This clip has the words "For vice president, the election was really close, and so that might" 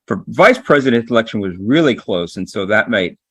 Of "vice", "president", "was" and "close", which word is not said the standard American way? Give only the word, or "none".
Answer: none